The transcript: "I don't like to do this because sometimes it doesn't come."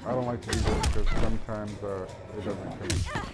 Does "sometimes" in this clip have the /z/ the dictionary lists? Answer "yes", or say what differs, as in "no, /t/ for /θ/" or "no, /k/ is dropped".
yes